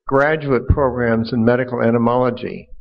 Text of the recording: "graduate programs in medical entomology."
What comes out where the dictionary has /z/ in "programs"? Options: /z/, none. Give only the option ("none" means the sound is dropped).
/z/